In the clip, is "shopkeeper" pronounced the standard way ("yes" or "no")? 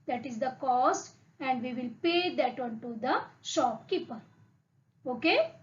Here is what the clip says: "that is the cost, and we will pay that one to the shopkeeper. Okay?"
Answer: yes